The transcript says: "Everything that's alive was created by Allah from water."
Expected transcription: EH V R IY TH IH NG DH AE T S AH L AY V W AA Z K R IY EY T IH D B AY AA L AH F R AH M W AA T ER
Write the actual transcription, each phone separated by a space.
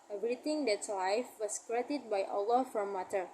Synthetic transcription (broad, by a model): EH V R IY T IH NG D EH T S L AY F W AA S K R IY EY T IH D B AY AA L AH F R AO M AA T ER